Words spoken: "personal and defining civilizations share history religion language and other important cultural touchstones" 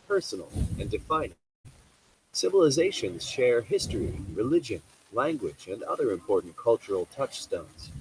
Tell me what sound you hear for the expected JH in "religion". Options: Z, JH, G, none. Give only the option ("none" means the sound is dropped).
JH